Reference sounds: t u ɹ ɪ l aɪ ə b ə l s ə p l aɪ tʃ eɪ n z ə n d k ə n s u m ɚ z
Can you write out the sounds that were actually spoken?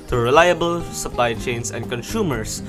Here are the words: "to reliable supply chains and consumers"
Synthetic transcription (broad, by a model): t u ɹ ɪ l aɪ ə b ə l s ə p l aɪ tʃ eɪ n s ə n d k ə n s u m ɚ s